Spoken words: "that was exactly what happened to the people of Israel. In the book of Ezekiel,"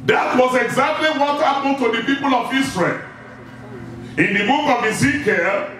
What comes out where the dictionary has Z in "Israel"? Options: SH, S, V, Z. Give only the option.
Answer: S